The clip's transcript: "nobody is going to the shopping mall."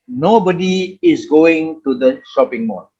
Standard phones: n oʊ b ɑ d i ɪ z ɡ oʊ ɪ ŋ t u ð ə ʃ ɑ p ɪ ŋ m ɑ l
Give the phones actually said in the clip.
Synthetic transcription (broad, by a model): n oʊ b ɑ d i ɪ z ɡ oʊ ɪ ŋ t u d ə ʃ ɑ p ɪ ŋ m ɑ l